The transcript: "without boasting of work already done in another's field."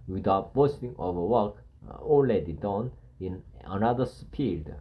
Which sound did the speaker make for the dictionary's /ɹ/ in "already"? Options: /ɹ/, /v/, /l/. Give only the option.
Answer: /l/